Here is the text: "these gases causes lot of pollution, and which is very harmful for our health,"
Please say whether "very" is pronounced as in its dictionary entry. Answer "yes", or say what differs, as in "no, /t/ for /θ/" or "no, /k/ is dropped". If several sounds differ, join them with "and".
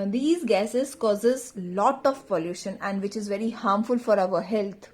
yes